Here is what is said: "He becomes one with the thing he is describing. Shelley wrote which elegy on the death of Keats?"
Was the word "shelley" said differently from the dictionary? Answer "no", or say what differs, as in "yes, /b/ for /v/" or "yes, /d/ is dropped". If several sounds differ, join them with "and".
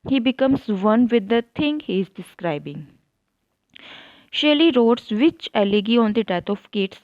no